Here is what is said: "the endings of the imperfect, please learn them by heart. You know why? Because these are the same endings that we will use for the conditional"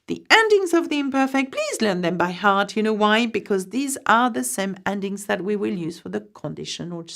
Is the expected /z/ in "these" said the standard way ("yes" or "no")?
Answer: yes